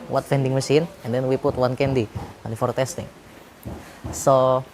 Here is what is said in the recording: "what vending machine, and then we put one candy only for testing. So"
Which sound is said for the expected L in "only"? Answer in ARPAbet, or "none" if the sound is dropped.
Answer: none